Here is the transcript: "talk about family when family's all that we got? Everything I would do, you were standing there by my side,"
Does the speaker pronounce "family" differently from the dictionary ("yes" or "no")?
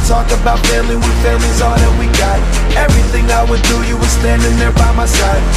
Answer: yes